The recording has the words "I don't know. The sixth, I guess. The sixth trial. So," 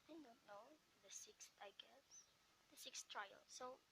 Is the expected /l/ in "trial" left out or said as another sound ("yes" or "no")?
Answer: no